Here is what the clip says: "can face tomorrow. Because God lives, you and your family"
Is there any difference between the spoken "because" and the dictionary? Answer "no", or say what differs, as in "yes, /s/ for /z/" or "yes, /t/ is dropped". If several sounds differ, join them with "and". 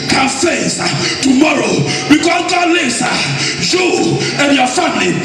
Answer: yes, /z/ is dropped